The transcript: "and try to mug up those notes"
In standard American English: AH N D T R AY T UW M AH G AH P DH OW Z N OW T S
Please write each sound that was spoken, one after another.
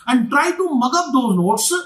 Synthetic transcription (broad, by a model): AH N D T R AY T UW M AH G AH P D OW N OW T S